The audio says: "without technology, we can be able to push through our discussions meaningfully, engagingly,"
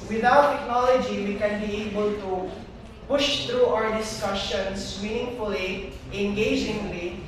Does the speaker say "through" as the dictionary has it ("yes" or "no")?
no